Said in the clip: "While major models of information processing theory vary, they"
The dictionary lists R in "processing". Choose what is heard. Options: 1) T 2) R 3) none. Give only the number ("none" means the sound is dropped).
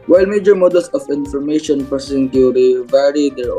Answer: 3